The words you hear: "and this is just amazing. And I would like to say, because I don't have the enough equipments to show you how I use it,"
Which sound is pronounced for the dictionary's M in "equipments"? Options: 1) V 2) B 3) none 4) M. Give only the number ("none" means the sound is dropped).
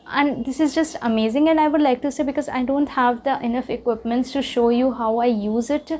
4